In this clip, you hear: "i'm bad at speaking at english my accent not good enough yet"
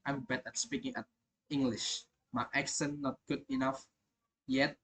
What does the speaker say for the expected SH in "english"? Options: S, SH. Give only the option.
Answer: SH